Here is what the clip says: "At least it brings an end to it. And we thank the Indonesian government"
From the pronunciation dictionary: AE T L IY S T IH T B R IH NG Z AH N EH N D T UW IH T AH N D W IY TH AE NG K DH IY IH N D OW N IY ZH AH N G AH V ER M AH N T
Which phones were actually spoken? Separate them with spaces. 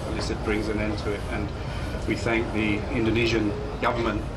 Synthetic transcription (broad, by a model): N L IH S IH T B R IH NG Z AH N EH N T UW IH T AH N W IY TH AE NG K DH IY IH N D OW N IY ZH AH N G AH V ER M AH N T